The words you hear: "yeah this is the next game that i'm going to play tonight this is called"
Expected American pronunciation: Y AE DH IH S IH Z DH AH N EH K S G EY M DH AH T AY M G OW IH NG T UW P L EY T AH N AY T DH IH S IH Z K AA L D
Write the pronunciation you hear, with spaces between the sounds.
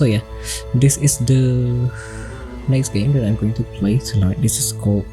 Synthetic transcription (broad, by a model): Y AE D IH S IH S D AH N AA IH S G EY M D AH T AY M G OW IH NG T UW P L EY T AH L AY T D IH S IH S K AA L